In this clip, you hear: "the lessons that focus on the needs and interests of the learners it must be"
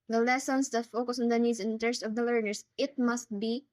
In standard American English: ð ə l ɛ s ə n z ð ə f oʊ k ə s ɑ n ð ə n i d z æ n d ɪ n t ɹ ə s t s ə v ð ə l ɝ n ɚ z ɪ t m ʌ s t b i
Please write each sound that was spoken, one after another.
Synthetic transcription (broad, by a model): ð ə l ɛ s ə n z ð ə f oʊ k ə s ɑ n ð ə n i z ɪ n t ə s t ə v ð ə l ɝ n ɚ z ɪ t m ʌ s t b i